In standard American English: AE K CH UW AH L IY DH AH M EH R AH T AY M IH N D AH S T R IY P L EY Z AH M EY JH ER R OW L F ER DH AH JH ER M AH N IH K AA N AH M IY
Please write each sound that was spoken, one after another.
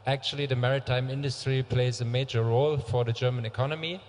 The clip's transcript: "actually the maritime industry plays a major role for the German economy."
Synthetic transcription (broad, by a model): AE K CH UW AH L IY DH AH M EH R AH T AY M IH N D AH S T R IY P L EY Z AH M EY JH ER R OW L F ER DH AH JH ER M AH N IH K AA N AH M IY